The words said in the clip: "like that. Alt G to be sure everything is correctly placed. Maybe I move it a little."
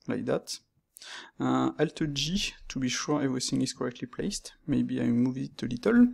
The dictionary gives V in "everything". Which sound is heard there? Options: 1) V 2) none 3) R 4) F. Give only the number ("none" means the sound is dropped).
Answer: 1